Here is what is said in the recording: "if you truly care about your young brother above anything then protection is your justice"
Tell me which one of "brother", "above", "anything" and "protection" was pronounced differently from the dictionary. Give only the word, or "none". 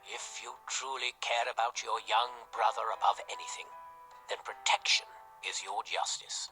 none